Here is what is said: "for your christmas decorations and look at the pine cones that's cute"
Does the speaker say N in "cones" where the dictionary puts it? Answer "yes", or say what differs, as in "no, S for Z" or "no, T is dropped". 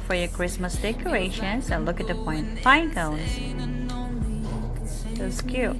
no, N is dropped